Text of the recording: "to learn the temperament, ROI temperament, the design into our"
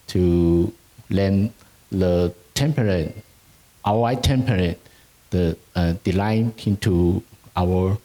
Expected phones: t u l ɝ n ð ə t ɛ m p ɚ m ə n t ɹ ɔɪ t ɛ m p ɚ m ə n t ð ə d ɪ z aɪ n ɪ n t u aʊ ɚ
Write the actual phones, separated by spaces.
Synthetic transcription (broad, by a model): t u l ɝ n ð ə t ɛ m p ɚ ə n t w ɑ t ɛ m p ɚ ə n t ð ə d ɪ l aɪ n ɪ n t u aʊ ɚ